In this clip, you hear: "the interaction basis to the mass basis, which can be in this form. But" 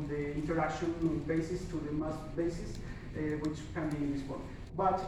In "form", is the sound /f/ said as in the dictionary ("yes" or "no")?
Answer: no